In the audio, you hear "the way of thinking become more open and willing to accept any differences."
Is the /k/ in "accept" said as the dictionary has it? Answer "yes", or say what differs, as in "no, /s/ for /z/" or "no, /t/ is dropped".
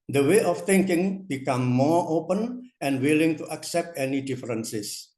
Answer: yes